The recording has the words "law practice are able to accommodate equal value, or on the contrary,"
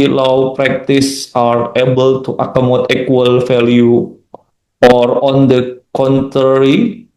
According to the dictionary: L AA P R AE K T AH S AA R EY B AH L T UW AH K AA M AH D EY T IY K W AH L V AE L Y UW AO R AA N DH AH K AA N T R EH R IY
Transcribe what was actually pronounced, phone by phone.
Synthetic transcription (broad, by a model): L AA P R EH K T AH S AA R EY B AH L T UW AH K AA M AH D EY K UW W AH L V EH L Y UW AO R AA N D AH K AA N T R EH R IY